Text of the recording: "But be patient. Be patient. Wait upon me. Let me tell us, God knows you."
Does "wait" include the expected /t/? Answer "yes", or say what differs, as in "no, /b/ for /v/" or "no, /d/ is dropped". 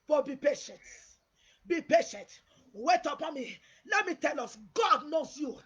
yes